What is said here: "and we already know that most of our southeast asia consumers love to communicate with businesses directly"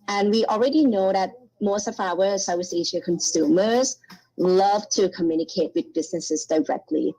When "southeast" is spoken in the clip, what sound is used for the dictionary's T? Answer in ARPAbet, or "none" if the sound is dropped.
none